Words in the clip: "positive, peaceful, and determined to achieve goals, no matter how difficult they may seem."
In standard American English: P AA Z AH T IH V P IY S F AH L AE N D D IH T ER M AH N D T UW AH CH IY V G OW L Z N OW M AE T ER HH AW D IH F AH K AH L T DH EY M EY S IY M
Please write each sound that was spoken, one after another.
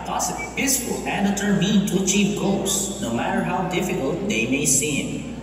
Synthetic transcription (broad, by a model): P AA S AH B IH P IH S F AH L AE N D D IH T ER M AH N T UW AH CH IY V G OW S N OW M AE T ER HH AW D IH F AH K AH L T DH EY M EY S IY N